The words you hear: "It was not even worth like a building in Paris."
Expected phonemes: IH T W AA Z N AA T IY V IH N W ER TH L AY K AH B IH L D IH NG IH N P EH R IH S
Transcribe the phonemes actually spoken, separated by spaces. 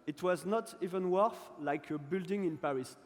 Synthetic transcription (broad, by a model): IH T W AA Z N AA T IY V IH N W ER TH L AY K AH B IH L D IH NG IH N P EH R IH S